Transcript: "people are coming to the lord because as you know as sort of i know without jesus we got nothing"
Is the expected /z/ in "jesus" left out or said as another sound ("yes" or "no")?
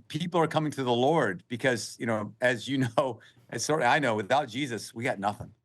no